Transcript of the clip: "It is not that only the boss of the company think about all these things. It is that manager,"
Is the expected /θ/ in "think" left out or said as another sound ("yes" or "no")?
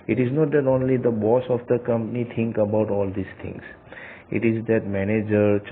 yes